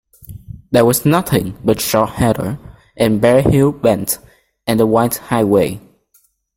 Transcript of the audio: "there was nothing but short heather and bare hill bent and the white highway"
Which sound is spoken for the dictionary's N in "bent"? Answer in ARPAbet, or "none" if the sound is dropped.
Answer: N